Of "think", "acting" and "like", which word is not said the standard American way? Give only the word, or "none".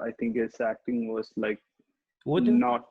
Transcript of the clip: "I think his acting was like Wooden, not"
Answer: think